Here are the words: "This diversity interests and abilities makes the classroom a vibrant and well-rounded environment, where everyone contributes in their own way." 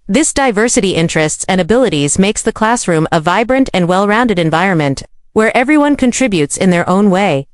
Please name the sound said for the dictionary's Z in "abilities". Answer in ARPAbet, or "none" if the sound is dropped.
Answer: Z